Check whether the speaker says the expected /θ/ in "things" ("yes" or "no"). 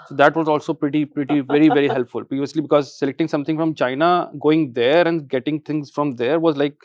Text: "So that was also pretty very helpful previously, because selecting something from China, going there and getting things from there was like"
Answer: no